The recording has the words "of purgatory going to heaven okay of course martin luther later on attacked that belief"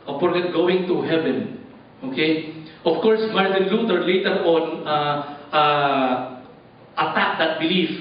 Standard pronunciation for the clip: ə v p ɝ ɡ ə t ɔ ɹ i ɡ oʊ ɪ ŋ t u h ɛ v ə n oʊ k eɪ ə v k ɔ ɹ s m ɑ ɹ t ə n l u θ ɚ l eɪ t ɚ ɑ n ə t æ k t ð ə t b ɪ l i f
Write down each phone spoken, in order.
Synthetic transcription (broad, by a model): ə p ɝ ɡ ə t ɡ oʊ ɪ ŋ t u h ɛ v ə n oʊ k eɪ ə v k ɔ ɹ s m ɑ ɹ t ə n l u t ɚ l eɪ t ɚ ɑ n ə t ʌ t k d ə t b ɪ l i f